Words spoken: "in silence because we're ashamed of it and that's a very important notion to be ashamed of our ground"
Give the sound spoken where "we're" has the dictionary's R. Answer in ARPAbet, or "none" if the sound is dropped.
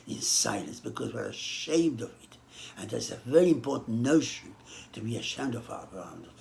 R